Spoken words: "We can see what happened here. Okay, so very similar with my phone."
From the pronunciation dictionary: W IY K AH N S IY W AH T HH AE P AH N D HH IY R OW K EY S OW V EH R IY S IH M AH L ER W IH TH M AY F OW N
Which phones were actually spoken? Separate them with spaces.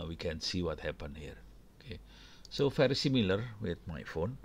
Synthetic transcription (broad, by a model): W IY K AH N S IY W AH T HH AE P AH N HH IY R OW K EY S OW F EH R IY S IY M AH L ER W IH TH M AY F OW N